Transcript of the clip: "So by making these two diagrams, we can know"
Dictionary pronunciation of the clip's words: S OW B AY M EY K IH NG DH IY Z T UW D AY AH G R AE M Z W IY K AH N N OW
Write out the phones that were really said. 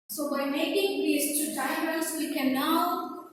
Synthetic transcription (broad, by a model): S OW B AY M EY K IH NG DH IY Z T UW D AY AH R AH Z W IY K AH N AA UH